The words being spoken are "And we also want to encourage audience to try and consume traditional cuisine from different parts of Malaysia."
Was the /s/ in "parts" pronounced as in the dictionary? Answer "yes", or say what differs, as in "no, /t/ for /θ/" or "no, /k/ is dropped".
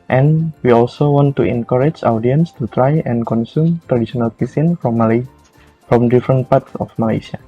yes